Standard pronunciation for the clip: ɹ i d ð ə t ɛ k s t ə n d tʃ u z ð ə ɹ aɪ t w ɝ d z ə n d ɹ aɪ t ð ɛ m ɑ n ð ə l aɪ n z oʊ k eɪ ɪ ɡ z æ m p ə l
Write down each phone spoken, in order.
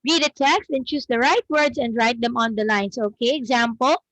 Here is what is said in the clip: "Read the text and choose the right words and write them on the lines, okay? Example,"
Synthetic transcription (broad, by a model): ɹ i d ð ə t ɛ k s t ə n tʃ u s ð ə ɹ aɪ t w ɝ d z ə n d ɹ aɪ t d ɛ m ɑ n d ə l aɪ n s oʊ k eɪ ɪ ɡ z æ m p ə l